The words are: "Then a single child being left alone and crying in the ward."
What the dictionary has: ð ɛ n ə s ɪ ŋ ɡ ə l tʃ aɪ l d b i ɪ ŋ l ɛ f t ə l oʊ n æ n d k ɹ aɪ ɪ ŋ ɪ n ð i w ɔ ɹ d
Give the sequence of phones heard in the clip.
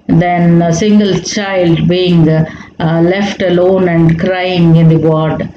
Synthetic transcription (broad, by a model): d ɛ n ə s ɪ ŋ ɡ ə l tʃ aɪ l d b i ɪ ŋ l ɛ f t ə l oʊ n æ n d k ɹ aɪ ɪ ŋ ɪ n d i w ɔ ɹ d